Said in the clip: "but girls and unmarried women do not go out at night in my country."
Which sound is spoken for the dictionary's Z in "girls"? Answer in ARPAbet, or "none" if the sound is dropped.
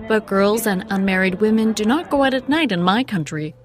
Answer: Z